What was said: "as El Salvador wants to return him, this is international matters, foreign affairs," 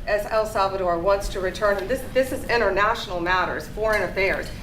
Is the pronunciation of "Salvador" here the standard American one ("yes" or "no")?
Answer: yes